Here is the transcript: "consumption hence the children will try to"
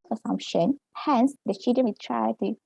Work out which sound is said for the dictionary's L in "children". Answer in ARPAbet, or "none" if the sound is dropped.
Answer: none